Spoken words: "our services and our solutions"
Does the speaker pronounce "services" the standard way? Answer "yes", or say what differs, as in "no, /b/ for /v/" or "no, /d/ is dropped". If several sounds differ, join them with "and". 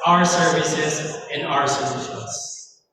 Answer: yes